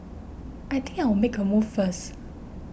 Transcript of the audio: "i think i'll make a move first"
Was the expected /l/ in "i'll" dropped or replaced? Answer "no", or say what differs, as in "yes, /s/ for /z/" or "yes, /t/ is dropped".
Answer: yes, /w/ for /l/